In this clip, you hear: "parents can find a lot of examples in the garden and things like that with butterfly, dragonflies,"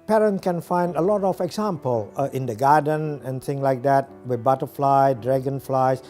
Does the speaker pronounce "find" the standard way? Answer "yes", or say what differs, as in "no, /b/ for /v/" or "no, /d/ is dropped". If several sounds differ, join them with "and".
yes